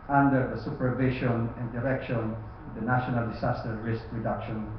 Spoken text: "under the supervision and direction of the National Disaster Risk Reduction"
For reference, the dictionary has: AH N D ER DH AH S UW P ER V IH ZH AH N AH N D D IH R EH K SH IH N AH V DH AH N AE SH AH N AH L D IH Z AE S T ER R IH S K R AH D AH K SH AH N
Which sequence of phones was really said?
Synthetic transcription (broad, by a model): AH N D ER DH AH S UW P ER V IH SH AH N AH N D D IH R EH K SH IH N AH V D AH N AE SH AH N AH L D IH S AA S T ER R IH S K R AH D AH K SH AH N